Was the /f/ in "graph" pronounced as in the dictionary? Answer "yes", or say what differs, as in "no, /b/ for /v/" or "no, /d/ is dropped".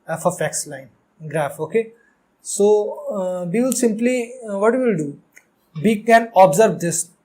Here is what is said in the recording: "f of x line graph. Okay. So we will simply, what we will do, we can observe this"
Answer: yes